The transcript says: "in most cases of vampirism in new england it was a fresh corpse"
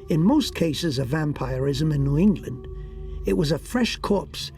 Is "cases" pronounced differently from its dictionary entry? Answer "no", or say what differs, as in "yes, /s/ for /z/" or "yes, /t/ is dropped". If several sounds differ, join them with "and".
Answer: no